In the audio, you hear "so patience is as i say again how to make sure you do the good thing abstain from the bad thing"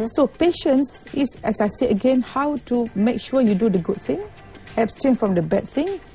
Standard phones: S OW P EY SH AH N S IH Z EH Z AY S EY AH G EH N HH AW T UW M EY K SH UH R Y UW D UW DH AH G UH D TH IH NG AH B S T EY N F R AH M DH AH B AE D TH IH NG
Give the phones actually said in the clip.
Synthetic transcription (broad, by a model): S OW P EY SH AH N S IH S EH S AY S EY AH G EH N HH AW T UW M EY K SH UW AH Y UW D UW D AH G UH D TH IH NG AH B S T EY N F R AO M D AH B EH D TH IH NG